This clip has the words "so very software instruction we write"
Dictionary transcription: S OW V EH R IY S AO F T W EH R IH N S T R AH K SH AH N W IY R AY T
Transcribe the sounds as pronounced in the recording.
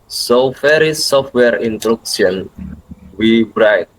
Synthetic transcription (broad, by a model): S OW F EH R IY S AO F T W EH R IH N T R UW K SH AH N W IY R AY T